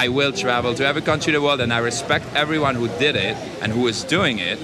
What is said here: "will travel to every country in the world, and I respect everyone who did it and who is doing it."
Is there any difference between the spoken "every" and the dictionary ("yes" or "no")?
no